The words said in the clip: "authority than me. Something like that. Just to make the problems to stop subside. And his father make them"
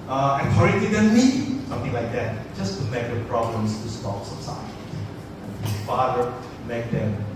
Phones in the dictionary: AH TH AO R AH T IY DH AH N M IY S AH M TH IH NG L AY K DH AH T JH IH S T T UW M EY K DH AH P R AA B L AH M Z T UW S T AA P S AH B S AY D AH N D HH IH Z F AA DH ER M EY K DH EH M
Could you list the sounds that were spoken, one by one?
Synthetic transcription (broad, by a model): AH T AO R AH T IY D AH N M IY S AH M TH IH NG L AY K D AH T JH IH S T T UW M EY K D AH P R AA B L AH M S T UW S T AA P S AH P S AY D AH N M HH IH F AA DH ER M EY K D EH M